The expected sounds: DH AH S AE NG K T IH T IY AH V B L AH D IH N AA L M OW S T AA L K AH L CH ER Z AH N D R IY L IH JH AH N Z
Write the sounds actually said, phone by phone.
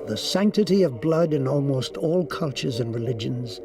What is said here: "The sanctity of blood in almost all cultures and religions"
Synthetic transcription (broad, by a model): DH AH S AE NG K T IH T IY AH V B L AH D IH N AA L M OW S T AA L K AH L CH ER Z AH N R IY L IH JH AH N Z